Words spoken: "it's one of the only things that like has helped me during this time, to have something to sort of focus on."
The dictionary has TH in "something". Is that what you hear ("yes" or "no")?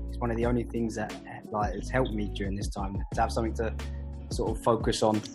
yes